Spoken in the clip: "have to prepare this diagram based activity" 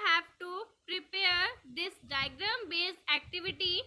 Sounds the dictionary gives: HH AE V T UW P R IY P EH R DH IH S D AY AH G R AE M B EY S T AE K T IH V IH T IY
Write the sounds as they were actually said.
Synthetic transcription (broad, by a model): HH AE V T UW P R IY P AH R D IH S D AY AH G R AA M B EY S AE K T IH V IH T IY